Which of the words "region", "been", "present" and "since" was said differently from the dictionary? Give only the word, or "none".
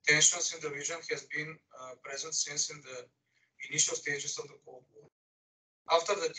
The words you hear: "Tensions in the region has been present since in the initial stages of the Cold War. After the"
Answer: region